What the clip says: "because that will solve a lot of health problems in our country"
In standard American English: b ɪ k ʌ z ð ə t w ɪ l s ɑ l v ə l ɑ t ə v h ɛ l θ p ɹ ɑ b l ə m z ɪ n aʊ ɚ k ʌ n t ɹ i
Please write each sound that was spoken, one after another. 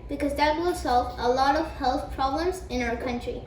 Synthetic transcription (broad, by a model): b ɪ k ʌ z ð ə t w ɪ l s ɑ l v ə l ɑ t ə v h ɛ l θ p ɹ ɑ b l ə m z ɪ n aʊ ɚ k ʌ n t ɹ i